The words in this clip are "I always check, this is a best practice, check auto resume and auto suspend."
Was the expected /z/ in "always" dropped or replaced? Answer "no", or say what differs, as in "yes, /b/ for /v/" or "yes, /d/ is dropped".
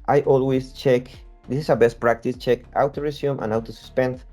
yes, /s/ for /z/